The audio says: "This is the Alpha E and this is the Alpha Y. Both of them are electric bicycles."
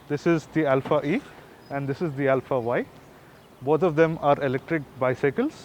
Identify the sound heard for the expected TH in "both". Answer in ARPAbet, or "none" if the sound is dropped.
T